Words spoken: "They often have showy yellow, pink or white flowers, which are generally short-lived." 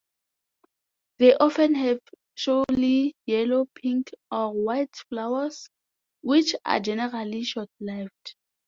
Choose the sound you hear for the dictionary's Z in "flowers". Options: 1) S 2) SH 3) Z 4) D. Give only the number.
1